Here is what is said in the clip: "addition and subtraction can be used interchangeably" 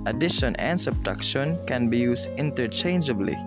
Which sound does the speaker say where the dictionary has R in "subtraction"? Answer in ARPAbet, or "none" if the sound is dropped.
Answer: none